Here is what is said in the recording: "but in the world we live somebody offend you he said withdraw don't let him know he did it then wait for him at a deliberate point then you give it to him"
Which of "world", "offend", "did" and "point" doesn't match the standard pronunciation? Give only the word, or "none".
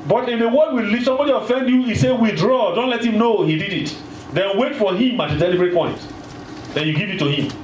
world